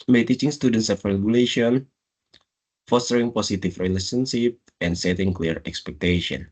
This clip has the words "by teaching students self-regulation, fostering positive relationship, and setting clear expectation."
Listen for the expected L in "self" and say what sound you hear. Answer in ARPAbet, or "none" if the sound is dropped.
none